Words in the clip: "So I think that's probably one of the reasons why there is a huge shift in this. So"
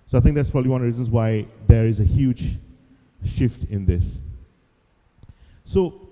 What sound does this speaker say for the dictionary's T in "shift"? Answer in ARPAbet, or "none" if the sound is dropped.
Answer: T